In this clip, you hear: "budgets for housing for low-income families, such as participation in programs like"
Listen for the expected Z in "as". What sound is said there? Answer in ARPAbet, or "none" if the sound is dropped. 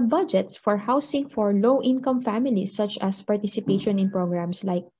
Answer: S